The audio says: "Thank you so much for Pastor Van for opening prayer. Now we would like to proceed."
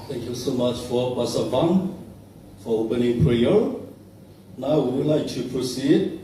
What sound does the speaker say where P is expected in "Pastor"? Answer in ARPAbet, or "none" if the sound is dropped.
B